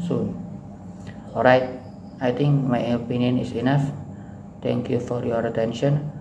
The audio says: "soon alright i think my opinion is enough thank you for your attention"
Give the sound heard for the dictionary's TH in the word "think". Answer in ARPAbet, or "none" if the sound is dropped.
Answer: T